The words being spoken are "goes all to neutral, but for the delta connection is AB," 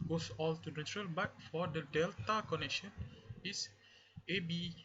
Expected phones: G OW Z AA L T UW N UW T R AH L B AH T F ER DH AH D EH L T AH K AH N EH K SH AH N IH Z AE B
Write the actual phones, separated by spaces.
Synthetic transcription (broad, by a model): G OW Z AA L T UW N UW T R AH L B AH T F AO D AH D EH L T AH K AH N EH K SH AH N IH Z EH B